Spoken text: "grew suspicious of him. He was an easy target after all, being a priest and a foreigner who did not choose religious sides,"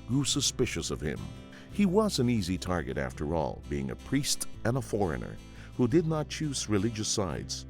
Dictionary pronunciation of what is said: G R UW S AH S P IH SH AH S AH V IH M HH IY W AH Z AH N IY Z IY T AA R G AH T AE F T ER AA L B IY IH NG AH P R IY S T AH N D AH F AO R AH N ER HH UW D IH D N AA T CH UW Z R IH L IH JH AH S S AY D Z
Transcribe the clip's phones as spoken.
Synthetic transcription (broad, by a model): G R UW S AH S P IH SH AH S AH V IH M HH IY W AH Z AH N IY Z IY T AA R G AH T AE F T ER AA L B IY IH NG AH P R IY S T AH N AH F AO R AH N ER HH UW D IH D N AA T CH UW Z R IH L IH JH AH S S AY D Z